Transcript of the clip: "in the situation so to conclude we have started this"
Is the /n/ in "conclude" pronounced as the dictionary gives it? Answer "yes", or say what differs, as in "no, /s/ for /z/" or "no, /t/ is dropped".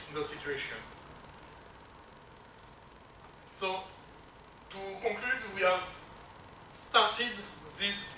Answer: no, /n/ is dropped